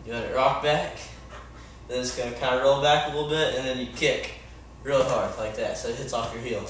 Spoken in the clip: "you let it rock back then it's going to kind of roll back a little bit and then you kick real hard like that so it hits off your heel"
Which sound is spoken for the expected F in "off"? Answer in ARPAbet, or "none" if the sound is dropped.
F